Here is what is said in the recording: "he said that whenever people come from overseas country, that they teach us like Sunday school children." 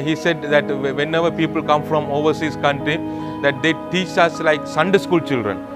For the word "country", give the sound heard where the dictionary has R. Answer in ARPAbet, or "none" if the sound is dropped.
R